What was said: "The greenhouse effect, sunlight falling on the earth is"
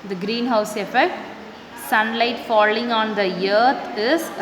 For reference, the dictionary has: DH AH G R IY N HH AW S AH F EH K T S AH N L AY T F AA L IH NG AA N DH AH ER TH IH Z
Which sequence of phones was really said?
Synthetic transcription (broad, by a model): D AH G R IY N HH AW S AH F EH K T S AH N L AY T F AA L IH NG AA N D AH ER T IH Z